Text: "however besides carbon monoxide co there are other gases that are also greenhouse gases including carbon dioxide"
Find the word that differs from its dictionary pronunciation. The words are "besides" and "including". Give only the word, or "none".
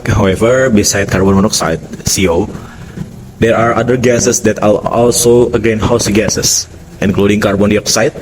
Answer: besides